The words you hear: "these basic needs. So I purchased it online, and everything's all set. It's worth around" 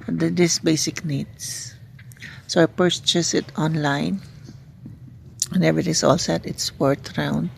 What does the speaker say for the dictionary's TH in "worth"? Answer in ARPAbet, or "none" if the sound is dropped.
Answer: T